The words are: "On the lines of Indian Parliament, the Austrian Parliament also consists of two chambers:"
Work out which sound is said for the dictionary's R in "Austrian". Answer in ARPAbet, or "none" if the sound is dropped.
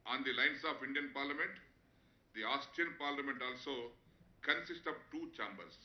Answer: none